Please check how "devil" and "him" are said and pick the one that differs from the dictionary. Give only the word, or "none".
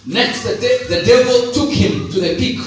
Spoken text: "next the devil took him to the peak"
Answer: none